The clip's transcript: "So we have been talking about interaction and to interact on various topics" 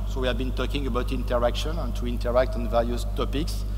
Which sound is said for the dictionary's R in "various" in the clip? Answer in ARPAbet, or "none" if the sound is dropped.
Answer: L